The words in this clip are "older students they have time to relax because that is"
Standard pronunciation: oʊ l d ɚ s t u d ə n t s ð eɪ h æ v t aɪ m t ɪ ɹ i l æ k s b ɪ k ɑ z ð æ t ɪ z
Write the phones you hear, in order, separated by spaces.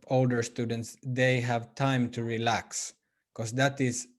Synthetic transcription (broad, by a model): oʊ l d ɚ s t u d ə n t s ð eɪ h æ v t aɪ m t ɪ ɹ i l æ k s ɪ k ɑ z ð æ t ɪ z